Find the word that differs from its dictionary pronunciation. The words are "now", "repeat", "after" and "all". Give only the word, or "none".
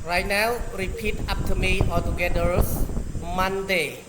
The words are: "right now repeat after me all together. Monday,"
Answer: after